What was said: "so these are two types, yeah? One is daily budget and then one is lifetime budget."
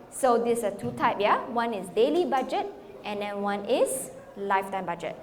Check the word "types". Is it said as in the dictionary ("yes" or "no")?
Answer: no